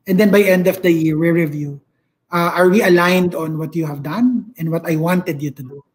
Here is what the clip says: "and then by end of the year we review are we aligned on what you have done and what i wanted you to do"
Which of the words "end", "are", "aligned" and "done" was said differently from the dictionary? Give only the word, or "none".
none